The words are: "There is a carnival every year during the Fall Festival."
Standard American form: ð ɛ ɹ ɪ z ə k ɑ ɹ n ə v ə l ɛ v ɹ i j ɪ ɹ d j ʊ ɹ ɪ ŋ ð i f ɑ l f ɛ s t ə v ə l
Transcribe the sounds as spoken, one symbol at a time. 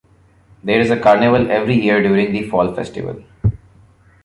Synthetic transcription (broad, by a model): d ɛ ɹ ɪ z ə k ɑ ɹ n ə v ə l ɛ v ɹ i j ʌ ɹ d j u ɹ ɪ ŋ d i f ɑ l f ɛ s t ə v ə l